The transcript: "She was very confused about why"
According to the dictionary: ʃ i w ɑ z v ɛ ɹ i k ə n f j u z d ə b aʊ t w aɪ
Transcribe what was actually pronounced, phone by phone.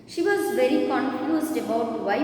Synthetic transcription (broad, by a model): ʃ i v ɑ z v ɛ ɹ i k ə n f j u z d ə b aʊ t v aɪ